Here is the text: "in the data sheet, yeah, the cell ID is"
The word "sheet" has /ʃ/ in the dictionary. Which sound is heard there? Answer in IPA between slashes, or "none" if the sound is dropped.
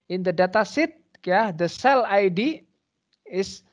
/s/